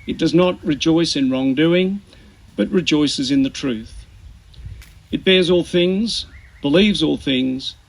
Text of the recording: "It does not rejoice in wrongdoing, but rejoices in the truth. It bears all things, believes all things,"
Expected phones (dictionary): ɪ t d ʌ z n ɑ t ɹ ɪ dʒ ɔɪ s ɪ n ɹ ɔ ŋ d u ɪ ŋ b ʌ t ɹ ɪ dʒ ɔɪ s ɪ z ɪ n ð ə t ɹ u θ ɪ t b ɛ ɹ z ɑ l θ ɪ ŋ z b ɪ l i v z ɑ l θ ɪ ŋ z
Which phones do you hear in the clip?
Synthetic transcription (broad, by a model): ɪ t d ʌ z n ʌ t ɹ ɪ dʒ ɔɪ s ɪ n ɹ ɔ ŋ d u ɪ ŋ b ʌ t ɹ ɪ dʒ ɔɪ s ɪ z ɪ n ð ə t ɹ u θ ɪ t b ɛ ɹ z ɑ l θ ɪ ŋ z b ɪ l i v z ɑ l θ ɪ ŋ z